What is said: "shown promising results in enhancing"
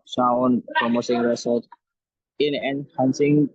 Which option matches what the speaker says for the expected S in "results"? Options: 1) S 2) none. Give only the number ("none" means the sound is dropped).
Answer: 2